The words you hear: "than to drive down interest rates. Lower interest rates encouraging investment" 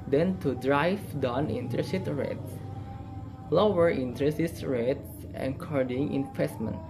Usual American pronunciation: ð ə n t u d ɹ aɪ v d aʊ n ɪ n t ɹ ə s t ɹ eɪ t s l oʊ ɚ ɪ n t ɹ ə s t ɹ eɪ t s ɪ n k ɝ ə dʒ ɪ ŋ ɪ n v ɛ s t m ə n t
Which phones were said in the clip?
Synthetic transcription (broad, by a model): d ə n t u d ɹ aɪ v d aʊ n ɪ n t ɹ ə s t ɹ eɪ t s l oʊ ɚ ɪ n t ɹ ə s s ɹ eɪ t s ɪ k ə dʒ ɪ ŋ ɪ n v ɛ s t m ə n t